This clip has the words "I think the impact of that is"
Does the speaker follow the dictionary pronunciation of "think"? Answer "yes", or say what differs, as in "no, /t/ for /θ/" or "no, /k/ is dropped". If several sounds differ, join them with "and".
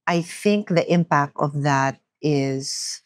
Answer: yes